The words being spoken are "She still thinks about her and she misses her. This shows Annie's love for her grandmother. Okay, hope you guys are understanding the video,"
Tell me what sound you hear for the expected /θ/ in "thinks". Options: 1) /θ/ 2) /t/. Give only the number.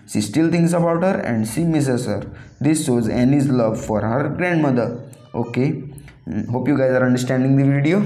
2